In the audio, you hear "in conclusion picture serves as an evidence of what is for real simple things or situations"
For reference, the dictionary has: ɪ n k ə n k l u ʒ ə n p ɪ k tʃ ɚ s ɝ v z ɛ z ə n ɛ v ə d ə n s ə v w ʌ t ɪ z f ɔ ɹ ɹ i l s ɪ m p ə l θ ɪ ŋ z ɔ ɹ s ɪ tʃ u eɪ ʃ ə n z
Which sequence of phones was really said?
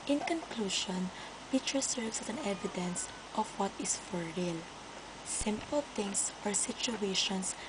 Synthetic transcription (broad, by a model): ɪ n k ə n k l u ʃ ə n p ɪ tʃ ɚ s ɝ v s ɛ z ə n ɛ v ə d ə n s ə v w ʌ t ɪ s f ɔ ɹ ɹ i l s ɪ m p ə l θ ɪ ŋ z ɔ ɹ s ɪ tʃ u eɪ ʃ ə n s